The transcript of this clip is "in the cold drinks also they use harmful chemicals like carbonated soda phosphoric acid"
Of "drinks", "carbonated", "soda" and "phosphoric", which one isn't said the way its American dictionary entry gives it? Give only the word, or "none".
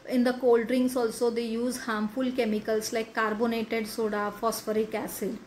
drinks